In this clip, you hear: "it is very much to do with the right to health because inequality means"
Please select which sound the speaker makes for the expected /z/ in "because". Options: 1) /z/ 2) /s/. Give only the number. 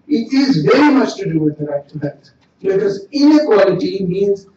1